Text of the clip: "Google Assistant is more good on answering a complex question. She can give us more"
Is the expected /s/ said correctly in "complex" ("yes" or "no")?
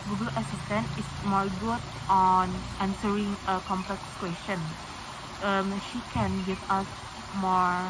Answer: yes